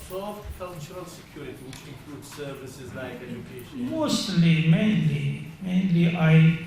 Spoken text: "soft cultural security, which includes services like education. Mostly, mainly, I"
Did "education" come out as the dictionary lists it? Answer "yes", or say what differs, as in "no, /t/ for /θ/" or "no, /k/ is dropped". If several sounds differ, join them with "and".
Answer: no, /ʃ/ is dropped